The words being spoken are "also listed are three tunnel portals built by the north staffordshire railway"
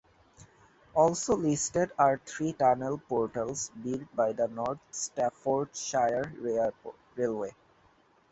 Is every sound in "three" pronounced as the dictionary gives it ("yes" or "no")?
no